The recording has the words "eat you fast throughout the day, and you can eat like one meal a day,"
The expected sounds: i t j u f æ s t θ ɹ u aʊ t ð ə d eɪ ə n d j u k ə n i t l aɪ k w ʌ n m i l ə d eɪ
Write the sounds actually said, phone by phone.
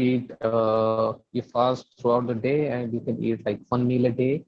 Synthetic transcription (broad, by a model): i t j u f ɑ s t t ɹ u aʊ t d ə d eɪ ə n d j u k ə n i t l aɪ k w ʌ n m i l ə d eɪ